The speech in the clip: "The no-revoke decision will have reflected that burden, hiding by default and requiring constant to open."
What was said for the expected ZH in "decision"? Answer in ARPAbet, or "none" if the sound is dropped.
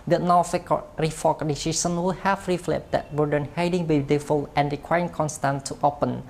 S